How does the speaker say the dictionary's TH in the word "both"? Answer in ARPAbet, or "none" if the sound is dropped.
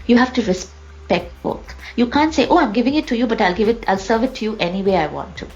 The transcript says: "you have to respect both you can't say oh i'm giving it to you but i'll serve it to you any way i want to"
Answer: T